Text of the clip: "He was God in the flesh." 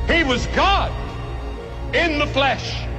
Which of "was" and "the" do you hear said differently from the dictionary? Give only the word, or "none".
none